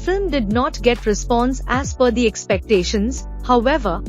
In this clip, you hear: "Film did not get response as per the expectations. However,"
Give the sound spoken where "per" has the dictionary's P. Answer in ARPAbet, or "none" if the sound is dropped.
F